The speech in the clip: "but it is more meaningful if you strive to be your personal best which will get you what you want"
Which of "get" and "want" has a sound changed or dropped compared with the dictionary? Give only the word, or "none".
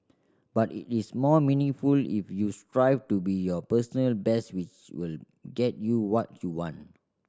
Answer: none